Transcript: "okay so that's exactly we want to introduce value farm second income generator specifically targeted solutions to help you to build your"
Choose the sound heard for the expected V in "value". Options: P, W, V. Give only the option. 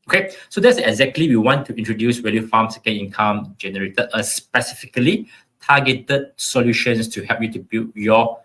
W